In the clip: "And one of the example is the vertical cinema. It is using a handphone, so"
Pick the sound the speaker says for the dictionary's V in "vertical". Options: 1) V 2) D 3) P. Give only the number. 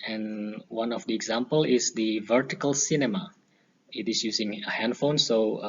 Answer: 1